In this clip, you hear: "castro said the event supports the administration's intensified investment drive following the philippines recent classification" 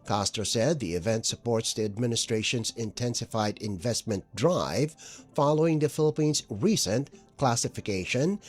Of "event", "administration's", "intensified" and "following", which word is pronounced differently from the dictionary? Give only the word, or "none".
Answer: none